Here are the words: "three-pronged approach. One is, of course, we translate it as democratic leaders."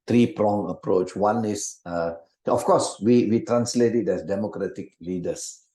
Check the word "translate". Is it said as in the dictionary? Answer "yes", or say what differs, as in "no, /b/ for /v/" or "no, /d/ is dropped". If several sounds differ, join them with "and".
yes